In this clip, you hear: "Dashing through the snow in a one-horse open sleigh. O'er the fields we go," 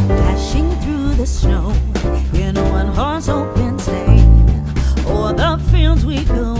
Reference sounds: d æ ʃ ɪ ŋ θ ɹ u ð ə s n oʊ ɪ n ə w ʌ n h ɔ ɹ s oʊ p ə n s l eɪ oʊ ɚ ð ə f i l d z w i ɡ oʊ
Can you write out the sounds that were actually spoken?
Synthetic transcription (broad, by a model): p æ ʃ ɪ ŋ θ ɹ u ð ə s n oʊ ɪ n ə w ʌ n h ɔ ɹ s oʊ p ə n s eɪ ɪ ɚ ð ə f i l d z w i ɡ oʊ